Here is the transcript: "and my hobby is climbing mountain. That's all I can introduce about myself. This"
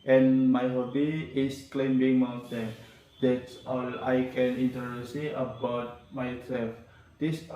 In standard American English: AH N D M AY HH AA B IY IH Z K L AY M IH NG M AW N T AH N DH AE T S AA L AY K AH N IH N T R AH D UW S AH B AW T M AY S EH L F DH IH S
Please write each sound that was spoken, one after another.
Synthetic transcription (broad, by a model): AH N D M AY HH AA B IY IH S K L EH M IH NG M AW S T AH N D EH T S AA L AY K AH N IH N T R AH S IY AH B AW T M AY S EH L F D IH S